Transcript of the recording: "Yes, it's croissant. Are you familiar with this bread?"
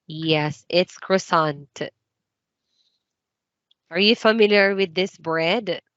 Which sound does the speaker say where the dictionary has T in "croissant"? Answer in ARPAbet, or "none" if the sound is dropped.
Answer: T